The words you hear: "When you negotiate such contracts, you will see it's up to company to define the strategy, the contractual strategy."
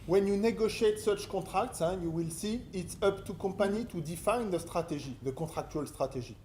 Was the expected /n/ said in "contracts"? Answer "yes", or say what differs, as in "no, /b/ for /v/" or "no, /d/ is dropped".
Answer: no, /n/ is dropped